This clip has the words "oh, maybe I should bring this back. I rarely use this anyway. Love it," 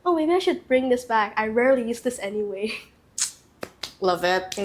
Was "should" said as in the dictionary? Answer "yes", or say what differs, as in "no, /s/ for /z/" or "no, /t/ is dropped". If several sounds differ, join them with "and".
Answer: yes